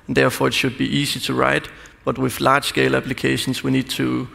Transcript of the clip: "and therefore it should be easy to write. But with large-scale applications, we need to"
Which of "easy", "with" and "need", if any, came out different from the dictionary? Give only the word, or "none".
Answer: easy